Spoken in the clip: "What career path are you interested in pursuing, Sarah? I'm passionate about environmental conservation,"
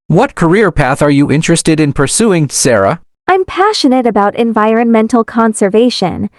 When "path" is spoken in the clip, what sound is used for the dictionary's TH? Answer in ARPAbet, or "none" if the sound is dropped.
TH